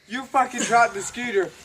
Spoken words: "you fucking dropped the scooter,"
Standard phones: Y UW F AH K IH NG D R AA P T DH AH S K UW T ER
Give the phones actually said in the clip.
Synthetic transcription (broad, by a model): Y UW F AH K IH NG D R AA T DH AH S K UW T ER